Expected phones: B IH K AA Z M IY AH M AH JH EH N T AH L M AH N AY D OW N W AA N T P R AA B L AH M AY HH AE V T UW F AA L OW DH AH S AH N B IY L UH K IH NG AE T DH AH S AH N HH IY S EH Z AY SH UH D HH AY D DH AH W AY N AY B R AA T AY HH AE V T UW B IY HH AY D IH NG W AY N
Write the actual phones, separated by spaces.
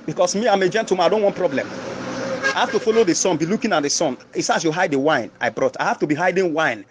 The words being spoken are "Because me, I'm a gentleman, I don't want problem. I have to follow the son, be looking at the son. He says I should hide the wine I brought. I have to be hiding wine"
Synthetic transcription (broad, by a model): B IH K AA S M IY AH M AH JH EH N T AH M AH IH D OW N W AA N T P R AA B L AH M AY HH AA F T UW F AA L OW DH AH S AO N B IY L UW K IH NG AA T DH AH S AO N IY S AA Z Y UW HH AY D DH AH W AY N AY B R AA T AY HH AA F T UW B IY HH AY D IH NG W AY N